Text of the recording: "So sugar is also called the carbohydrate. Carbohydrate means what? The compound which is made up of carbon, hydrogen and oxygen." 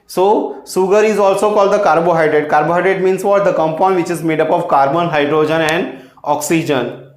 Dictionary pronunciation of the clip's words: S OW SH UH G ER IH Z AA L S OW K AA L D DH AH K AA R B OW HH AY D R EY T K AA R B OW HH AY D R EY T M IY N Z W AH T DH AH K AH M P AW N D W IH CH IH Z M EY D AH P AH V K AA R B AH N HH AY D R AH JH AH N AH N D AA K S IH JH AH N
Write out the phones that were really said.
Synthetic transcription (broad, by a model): S OW S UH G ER IH Z AA L S OW K AA L D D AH K AA R B OW HH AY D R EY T K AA R B OW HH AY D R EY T M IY N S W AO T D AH K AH M P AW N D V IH CH IH Z M EY D AH P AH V K AA R B AH N HH AY D R AH JH AH N AH N D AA K S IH JH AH N